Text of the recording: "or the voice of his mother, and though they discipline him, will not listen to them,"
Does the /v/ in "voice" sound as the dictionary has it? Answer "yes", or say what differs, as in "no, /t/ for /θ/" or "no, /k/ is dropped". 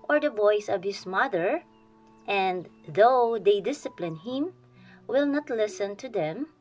no, /b/ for /v/